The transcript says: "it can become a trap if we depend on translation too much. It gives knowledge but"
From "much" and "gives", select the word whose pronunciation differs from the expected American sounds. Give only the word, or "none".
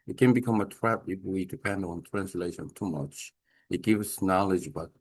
gives